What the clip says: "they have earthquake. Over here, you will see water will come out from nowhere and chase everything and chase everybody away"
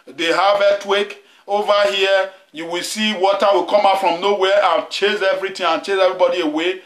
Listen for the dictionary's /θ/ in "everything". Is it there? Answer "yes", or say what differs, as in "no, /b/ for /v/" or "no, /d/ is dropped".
no, /t/ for /θ/